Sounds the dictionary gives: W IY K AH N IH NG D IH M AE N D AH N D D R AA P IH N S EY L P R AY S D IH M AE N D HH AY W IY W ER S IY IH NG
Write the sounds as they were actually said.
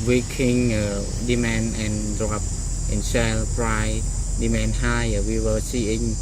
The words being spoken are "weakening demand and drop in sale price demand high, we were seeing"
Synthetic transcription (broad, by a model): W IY K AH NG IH D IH M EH N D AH N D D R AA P IH N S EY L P R AY D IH M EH N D HH AY W IY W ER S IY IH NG